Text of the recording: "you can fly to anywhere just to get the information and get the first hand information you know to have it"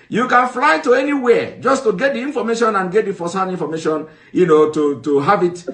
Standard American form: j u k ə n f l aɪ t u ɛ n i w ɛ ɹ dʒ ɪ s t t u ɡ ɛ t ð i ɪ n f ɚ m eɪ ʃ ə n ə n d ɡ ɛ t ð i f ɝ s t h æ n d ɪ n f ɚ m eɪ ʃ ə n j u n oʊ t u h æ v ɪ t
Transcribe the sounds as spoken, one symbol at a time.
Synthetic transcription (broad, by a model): j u k ə n f l aɪ t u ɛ n i w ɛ dʒ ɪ s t t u ɡ ɛ t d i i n f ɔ m eɪ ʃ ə n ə n ɡ ɛ t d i f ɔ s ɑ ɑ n i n f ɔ m eɪ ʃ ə n j u n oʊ t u h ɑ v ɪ t